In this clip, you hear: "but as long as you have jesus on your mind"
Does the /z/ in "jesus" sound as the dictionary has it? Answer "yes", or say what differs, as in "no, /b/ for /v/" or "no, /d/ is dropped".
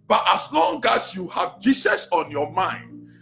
no, /s/ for /z/